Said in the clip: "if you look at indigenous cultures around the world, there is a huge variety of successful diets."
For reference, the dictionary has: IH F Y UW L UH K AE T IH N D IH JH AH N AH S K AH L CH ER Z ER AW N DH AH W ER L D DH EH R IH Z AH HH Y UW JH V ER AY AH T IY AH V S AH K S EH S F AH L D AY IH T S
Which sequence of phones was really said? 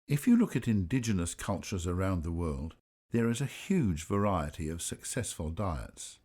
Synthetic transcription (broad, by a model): IH F Y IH L UH K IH T IH N D IH JH AH N AH S K AH L CH ER Z ER AW N DH AH W ER L D DH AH R IH Z AH HH Y UW JH V ER AY AH T IY AH V S AH K S EH S F AH L D AY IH T S